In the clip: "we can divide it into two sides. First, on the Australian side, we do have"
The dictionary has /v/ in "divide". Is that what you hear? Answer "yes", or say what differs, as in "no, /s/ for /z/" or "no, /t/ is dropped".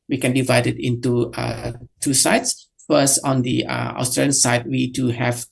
yes